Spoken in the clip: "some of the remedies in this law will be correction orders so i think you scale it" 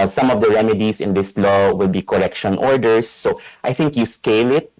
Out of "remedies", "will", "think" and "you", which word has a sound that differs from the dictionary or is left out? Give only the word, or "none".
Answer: remedies